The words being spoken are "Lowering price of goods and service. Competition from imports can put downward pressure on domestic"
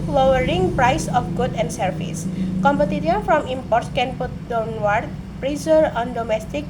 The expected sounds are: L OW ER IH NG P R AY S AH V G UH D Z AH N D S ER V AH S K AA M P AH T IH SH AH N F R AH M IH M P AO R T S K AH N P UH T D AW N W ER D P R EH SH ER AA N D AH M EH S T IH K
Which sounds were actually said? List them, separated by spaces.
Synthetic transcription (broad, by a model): L OW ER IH NG P R AY S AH F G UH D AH N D S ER F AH S K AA M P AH T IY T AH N F R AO M IH M P AO R T S K AH N P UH T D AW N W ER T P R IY S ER AA N D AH M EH S T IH K